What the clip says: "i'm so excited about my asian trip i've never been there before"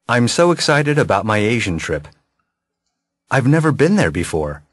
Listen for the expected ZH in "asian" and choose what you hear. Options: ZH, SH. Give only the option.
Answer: ZH